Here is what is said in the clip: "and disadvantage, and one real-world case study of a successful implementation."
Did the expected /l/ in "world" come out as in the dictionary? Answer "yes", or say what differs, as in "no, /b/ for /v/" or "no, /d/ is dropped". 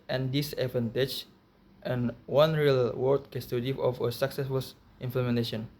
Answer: no, /l/ is dropped